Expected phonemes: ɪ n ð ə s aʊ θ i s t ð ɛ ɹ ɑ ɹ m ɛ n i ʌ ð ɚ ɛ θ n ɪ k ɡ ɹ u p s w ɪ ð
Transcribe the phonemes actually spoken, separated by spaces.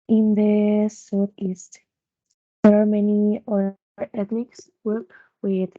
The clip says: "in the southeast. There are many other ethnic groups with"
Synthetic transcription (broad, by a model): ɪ n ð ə s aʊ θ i s t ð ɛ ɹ ɑ ɹ m ɛ n i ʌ ɚ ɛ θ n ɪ k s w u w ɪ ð